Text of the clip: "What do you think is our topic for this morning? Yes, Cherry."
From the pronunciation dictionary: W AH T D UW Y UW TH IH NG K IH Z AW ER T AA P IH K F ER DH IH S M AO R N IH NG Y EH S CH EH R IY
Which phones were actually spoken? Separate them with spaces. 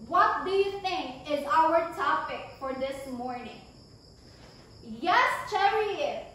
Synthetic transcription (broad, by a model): W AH T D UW Y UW TH IH NG K IH Z AW ER T AA P IH K F ER DH IH S M AO R N IH NG Y EH S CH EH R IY